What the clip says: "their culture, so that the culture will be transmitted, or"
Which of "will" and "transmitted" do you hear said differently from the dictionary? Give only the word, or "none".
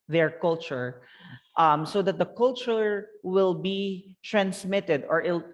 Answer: none